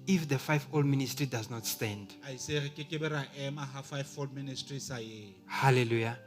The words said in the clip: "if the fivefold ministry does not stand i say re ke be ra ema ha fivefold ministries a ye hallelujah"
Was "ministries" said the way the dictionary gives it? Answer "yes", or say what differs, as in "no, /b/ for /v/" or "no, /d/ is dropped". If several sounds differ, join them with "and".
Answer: no, /s/ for /z/